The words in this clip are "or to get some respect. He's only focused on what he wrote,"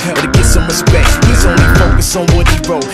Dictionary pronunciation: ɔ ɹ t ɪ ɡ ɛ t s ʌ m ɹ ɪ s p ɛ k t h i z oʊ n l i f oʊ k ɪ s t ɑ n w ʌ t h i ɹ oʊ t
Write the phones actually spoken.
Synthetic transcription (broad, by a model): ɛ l t ɪ ɡ ɛ t s ʌ m ɹ ɪ s p ɛ k t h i z oʊ n l i f oʊ k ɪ s ɑ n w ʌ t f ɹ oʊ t